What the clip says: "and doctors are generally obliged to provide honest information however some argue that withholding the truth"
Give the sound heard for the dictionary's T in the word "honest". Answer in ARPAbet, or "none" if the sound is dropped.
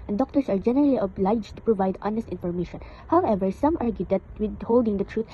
T